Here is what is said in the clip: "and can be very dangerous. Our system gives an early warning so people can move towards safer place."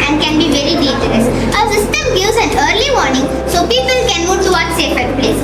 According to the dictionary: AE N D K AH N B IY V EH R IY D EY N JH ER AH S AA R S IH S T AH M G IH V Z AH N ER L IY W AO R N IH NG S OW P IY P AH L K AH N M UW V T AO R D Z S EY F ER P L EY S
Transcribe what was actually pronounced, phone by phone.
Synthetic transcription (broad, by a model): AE N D K AH N B IY V EH R IY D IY JH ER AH S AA S IH S T AH M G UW Z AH N ER L IY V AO R N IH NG S OW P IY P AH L K AH N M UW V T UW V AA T S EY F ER P L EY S